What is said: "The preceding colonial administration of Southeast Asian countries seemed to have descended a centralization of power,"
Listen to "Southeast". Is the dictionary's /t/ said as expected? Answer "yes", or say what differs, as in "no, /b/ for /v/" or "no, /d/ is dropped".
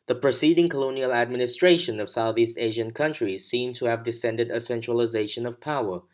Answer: yes